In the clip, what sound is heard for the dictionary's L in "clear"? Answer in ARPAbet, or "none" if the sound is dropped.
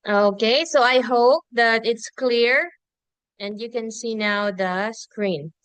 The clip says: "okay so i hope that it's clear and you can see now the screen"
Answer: L